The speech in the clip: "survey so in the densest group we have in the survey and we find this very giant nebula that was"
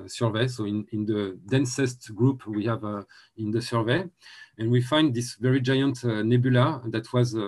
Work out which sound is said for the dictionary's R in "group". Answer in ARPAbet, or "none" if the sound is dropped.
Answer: R